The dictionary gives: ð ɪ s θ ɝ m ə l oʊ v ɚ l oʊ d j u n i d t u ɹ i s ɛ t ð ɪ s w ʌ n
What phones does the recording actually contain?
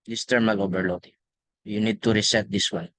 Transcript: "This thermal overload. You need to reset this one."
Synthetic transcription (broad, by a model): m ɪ s t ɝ m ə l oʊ b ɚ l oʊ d j u n i d t u ɹ i s ɛ t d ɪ s w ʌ n